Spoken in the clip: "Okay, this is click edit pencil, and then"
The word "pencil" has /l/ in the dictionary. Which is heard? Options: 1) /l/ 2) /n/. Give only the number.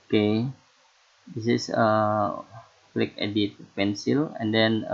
1